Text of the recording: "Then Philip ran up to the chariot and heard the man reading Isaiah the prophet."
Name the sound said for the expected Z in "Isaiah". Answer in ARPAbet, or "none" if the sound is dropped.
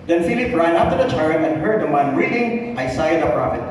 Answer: S